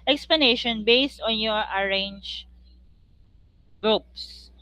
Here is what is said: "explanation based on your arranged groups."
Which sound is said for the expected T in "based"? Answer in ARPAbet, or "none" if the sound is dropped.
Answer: T